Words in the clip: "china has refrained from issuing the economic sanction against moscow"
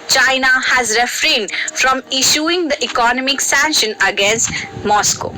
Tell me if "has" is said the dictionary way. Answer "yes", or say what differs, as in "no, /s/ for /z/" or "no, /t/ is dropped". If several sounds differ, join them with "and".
yes